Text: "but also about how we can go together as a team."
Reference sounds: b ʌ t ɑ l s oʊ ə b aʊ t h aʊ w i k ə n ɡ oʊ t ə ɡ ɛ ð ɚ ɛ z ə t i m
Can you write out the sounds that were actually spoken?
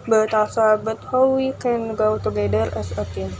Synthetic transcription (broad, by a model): b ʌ t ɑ s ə b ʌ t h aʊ w i k ə n ɡ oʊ t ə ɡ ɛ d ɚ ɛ s ə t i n